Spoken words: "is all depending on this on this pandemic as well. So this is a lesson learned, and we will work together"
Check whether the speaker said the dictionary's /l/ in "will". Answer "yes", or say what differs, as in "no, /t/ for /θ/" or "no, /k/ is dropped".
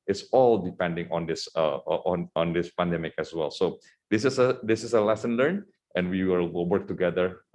no, /w/ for /l/